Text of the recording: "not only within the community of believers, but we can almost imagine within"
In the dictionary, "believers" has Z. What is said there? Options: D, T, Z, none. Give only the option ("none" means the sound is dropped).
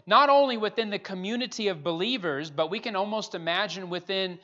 Z